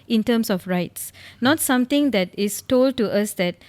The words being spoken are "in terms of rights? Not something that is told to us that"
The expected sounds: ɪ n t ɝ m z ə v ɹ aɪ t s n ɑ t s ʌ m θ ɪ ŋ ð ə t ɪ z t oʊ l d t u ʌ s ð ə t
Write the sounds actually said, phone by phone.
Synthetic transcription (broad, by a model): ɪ n t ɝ m s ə f ɹ aɪ t s n ɑ t s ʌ m t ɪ ŋ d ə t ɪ s t oʊ l d t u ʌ s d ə t